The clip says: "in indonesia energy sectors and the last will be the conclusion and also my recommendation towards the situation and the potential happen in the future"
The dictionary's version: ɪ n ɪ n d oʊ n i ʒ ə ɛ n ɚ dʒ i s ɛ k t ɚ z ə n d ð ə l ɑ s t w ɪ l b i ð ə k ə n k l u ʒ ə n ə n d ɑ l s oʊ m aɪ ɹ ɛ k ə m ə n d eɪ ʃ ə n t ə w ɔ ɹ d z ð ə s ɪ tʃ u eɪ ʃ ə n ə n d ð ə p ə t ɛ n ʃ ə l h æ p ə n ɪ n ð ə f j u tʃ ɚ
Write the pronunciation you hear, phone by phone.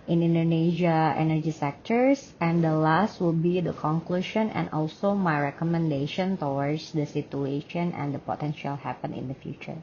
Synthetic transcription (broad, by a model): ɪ n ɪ n d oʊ n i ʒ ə ɛ n ɚ dʒ i s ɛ k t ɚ s ə n d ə l ɑ s t w ɪ l b i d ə k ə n k l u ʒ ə n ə n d ɑ l s oʊ m aɪ ɹ ɛ k ə m ə n d eɪ ʃ ə n t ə w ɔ ɹ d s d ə s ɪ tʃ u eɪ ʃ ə n ə n d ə p ə t ɛ n ʃ ə l h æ p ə n ɪ n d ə f j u tʃ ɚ